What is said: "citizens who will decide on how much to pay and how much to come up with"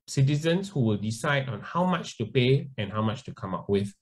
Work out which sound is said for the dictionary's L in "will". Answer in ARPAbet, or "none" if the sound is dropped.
L